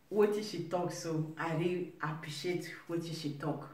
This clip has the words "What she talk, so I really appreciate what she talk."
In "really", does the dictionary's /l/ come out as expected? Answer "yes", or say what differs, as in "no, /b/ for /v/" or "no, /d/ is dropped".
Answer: no, /l/ is dropped